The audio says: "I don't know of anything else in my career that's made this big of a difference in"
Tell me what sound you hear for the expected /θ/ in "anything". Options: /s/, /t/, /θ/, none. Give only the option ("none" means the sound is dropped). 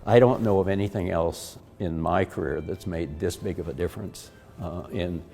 /θ/